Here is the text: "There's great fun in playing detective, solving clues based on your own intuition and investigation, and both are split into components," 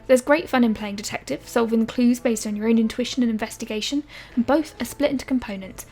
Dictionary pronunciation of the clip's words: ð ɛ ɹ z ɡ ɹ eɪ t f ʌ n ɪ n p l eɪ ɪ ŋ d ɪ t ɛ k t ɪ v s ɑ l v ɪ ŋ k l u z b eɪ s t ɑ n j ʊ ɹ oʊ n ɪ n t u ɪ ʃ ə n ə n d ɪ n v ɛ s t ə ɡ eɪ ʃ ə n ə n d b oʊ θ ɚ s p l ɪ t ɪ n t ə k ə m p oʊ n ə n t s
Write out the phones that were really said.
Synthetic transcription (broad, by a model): ð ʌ z ɡ ɹ eɪ t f ʌ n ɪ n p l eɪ ɪ ŋ d ɪ t ɛ k t ɪ v s ɑ l v ɪ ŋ k l u z b eɪ s t n j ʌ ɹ oʊ n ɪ n t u ɪ ʃ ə n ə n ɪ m v ɛ s t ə ɡ eɪ ʃ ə n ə n b oʊ θ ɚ s p l ɪ t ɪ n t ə k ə m p oʊ n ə n t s